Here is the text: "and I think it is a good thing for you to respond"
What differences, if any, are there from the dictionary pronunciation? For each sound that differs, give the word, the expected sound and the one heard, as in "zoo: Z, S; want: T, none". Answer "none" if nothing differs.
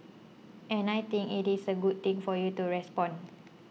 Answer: think: TH, T; is: Z, S; thing: TH, T; respond: D, none